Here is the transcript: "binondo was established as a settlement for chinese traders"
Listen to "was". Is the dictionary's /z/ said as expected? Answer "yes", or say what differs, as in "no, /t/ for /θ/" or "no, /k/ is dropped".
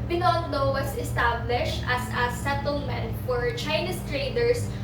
no, /s/ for /z/